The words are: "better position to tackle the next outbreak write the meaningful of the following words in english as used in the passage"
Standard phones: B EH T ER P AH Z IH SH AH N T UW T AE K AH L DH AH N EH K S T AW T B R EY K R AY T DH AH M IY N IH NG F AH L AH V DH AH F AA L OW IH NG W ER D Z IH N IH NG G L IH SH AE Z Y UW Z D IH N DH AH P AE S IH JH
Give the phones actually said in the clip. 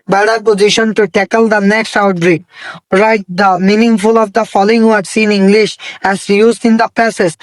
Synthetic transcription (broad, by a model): B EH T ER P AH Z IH SH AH N T UW T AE K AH L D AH N EH K S T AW T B R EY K R AY T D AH M IY N IH NG F AH L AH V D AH F AA L OW IH NG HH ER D S IH N IH NG G L IH SH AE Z Y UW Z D IH N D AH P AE S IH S